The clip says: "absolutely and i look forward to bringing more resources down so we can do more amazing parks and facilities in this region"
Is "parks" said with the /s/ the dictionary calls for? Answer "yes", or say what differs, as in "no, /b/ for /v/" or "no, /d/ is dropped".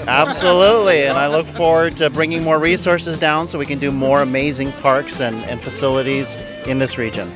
yes